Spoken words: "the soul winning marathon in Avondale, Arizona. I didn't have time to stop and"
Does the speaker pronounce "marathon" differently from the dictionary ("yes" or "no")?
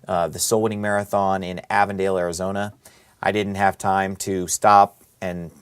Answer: no